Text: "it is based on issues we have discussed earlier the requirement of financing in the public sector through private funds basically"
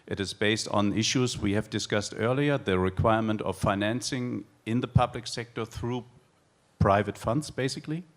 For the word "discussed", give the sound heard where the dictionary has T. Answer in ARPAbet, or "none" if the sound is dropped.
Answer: T